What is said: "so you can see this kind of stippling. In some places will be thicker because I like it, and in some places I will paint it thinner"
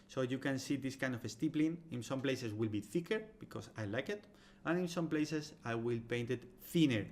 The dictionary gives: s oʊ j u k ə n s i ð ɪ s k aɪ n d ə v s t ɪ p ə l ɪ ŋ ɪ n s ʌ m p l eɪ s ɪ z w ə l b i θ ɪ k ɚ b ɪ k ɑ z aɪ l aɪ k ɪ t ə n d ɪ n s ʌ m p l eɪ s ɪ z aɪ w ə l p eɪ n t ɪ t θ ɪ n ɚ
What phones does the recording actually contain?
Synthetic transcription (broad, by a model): s oʊ j u k ə n s i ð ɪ s k aɪ n d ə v s t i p l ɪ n ɪ n s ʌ m p l eɪ s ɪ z w ə l b i θ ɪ k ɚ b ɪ k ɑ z aɪ l aɪ k ɪ t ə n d ɪ n s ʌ m p l eɪ s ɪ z aɪ w ə l p eɪ n t ɪ t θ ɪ n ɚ